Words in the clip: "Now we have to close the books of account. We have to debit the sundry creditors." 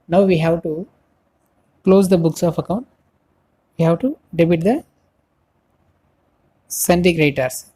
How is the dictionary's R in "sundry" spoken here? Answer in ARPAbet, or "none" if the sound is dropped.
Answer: none